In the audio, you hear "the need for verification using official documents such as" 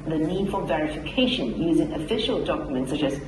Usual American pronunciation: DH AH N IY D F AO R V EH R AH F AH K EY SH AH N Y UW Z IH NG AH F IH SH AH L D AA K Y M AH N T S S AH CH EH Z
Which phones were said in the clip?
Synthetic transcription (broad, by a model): DH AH N IY D F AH L V EH R AH F AH K EY SH AH N Y UW Z IH NG AH F IH SH AH L D AA K Y M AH N T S S AH CH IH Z